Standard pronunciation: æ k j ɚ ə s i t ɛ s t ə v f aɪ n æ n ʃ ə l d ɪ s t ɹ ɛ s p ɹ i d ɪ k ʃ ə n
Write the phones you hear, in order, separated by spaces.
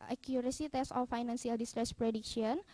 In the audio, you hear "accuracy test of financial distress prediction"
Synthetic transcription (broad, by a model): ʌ k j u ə s i t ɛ s ə f aɪ n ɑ n s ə l d ɪ s t ɹ ɛ s p ɹ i d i k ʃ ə n